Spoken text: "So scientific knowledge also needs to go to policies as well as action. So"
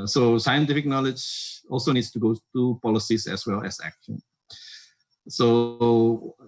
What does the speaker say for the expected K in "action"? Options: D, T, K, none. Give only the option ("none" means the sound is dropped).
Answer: K